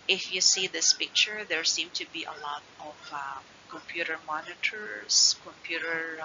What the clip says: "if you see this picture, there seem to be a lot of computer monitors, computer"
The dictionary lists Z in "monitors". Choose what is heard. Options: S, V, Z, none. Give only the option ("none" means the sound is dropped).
S